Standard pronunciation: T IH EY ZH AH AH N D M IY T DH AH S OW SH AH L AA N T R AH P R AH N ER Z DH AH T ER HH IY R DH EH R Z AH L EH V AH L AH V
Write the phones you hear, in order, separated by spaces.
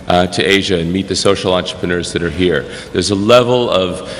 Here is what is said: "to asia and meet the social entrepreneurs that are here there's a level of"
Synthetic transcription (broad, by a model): T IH EY ZH AH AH N M IY T DH AH S OW SH L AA N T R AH P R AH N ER Z DH AH T ER HH IY R DH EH R Z AH L EH V L AH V